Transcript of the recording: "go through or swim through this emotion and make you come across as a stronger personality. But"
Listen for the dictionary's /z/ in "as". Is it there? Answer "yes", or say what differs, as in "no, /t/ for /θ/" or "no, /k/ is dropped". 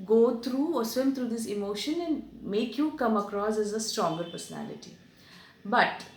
yes